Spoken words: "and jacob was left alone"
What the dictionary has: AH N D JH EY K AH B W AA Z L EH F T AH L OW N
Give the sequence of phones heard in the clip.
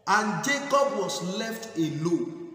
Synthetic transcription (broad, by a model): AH N JH EY K AH B W AA S L EH F T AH L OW